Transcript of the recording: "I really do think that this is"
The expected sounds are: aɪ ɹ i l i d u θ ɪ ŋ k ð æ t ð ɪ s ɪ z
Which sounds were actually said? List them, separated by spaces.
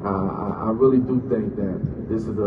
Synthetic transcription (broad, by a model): aɪ ɹ i l i d u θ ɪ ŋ k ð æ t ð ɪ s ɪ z